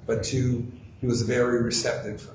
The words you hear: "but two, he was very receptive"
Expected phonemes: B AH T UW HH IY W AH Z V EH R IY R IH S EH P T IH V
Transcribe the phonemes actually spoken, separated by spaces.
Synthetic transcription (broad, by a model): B AH T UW HH IY W AH Z V EH R IY R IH S EH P T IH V